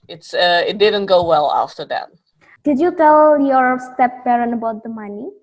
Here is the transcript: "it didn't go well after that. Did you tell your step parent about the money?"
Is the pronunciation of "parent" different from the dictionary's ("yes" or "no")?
yes